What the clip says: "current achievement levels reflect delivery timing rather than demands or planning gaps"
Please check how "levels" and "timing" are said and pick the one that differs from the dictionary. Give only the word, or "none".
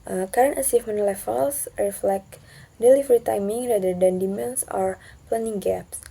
levels